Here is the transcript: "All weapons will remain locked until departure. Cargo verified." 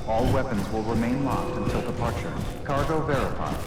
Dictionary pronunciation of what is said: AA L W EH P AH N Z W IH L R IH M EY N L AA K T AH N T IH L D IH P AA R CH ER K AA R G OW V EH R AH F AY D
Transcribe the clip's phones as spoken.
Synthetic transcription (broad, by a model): AA L W EH P AH N Z W IH L R IH M EY N L AA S T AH N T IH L D IH P AA R CH ER K AA R G OW V EH R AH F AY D